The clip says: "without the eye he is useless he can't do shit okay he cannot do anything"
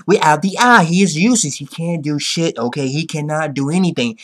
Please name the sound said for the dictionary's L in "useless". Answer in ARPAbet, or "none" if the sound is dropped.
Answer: none